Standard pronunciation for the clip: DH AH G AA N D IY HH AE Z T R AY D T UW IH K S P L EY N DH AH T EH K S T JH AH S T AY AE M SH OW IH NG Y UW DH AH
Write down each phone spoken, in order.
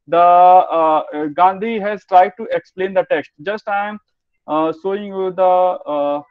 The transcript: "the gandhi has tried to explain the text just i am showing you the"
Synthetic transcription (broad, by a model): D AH G AA N D IY HH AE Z T R AY D T UW IH K S P L EY N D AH T EH K S T JH AH S T AY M S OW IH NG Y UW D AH